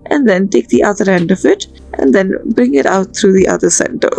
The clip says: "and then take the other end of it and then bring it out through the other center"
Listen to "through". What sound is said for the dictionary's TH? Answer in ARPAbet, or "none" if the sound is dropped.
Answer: T